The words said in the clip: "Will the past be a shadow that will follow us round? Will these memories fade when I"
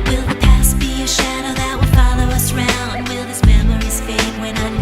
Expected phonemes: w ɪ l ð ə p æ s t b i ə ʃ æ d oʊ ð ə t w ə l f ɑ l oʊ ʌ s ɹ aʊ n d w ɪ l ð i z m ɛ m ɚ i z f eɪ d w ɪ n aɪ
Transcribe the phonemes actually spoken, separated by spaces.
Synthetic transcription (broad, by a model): w ɪ l ð ə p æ s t b i ə ʃ æ d oʊ ð ə t w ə f ɑ l oʊ ʌ s ɹ aʊ n d w ɪ l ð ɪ s m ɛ m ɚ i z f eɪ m w ɪ n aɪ